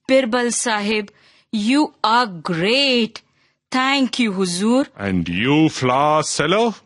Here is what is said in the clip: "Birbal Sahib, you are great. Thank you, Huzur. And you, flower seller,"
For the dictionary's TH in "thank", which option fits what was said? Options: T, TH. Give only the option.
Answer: T